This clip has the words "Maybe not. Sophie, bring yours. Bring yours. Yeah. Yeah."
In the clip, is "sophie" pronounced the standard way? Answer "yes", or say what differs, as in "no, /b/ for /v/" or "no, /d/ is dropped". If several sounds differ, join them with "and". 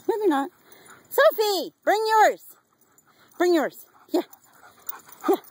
yes